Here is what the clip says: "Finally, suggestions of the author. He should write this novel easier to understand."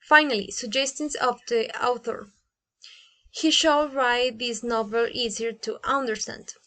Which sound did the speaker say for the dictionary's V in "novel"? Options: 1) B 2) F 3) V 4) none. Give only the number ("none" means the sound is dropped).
3